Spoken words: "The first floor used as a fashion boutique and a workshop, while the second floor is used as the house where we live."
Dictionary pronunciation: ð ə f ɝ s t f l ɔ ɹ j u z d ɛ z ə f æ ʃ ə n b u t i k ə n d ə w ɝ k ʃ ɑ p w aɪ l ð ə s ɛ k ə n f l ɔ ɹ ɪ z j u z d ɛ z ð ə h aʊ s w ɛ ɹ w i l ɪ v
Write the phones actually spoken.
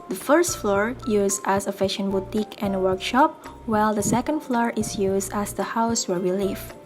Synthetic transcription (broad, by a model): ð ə f ɝ s t f l ɔ ɹ j u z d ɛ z ə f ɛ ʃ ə n b u t i k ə n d ə w ɝ k ʃ ɑ p w aɪ l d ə s ɛ k ə n f l ɔ ɹ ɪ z j u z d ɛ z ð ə h aʊ s w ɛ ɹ w i l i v